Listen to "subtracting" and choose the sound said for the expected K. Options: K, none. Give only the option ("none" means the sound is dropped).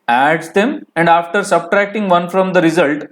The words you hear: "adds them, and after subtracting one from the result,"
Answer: K